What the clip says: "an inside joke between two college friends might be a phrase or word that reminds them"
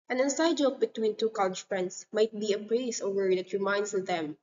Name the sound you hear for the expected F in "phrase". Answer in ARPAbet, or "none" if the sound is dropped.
P